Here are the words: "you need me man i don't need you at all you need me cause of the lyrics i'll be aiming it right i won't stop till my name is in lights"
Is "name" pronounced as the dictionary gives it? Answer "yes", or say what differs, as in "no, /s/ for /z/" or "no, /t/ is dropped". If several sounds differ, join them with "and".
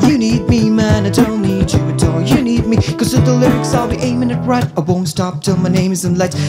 yes